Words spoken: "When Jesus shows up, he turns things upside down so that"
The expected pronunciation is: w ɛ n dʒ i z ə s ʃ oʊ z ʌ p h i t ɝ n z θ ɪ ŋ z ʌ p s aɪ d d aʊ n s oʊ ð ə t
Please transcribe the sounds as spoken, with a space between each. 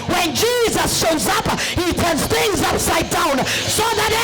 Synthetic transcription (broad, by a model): w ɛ n dʒ i z ə s ʃ oʊ z ʌ p h i t ɝ n z θ ɪ ŋ z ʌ p s aɪ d d aʊ n s oʊ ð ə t